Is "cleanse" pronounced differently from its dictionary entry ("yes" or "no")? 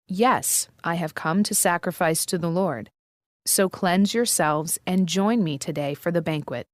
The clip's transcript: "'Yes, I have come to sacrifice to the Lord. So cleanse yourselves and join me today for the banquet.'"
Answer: no